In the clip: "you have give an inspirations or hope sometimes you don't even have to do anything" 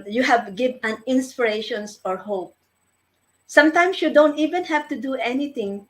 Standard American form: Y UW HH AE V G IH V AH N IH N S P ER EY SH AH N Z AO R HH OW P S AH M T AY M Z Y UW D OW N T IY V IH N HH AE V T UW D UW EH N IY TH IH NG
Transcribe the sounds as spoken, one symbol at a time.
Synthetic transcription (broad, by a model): Y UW HH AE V G IH V AH N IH N S P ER EY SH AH N S AO R HH OW P S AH M T AY M S Y UW D OW N T IY V IH N HH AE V T UW D UW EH N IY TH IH NG